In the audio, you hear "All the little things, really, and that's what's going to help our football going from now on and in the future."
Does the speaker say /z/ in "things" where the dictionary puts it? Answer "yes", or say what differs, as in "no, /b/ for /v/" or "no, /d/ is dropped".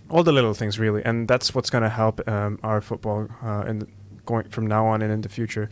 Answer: yes